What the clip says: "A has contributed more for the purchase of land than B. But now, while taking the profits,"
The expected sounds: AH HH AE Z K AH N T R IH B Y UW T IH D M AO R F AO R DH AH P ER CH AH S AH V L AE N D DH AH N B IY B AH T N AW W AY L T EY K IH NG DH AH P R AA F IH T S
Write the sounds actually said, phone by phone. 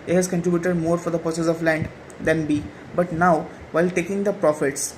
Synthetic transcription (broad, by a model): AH HH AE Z K AH N T R IH B Y UW T IH D M AO R F AO R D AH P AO S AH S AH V L AE N D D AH N B IY B AH T N AW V AY L T EY K IH NG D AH P R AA F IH T S